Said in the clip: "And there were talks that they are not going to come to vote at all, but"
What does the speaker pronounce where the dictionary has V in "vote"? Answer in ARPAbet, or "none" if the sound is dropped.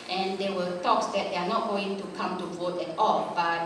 V